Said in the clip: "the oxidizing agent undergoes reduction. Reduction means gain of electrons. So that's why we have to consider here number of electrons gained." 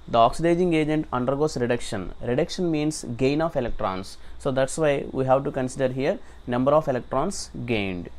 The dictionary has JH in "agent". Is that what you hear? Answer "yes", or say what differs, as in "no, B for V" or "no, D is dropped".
yes